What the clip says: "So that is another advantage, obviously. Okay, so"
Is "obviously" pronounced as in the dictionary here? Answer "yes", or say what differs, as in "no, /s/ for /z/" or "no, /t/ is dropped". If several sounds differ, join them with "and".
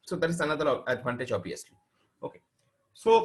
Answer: no, /v/ is dropped